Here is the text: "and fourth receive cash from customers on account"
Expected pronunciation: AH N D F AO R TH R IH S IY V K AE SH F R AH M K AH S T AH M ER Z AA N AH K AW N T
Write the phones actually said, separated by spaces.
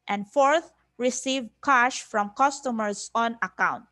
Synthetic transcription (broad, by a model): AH N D F AO R TH R IH S IY V K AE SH F R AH M K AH S T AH M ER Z AA N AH K AW N T